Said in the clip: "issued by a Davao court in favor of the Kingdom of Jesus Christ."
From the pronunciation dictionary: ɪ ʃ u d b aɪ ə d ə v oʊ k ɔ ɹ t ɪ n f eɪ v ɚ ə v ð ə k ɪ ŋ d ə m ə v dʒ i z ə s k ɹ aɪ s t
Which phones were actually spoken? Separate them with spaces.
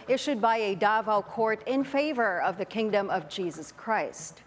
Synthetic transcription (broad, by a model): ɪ ʃ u d b aɪ ə d ə v oʊ k ɔ ɹ t ɪ n f eɪ v ɚ ə v ð ə k ɪ ŋ d ə m ə v dʒ i z ə s k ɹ aɪ s t